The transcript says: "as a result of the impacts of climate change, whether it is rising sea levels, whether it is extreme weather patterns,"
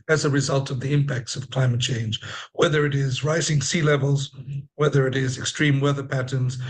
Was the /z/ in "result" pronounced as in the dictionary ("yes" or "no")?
yes